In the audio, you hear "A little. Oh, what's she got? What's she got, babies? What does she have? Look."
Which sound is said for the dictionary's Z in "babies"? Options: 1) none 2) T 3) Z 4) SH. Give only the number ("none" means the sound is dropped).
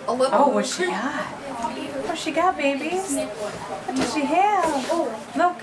1